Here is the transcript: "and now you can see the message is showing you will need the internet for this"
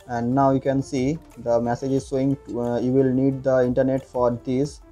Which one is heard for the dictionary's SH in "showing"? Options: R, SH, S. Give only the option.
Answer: S